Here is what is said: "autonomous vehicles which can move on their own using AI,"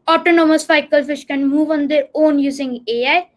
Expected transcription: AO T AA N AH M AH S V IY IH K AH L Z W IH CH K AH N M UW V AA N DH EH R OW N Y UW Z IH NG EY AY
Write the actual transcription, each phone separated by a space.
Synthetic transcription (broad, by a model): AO T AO N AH M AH S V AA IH K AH L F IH SH K AH N M UW V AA N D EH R OW N Y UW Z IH NG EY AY